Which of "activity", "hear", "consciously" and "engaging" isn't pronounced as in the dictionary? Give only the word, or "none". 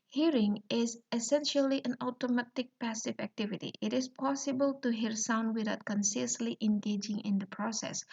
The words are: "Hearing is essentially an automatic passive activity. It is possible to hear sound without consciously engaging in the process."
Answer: consciously